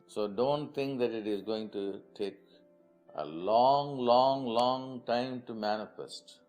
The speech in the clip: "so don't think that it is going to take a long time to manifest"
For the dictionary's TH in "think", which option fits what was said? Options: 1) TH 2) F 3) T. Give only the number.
3